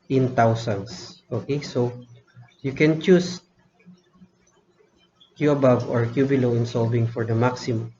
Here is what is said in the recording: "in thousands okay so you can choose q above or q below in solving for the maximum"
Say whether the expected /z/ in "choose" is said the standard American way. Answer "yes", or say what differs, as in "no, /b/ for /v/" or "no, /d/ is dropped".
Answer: no, /s/ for /z/